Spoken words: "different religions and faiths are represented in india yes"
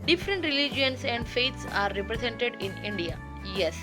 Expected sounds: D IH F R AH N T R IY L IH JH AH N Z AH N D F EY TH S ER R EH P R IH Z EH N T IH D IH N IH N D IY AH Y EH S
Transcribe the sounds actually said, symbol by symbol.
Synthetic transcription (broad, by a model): D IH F R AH N T R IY L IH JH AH N S AH N D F EY T S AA R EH P R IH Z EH N T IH D IH N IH N D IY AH Y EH S